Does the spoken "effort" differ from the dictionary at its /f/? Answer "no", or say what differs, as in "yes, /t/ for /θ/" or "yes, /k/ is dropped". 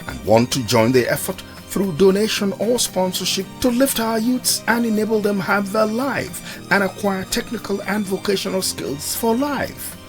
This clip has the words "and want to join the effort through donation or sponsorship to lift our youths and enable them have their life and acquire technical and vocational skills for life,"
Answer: no